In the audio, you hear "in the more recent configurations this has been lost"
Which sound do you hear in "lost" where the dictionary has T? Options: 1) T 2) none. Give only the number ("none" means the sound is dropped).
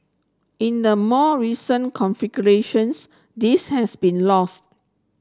1